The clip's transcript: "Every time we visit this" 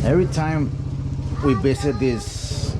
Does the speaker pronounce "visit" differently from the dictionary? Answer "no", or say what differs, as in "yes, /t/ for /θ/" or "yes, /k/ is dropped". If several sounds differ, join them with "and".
yes, /b/ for /v/ and /s/ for /z/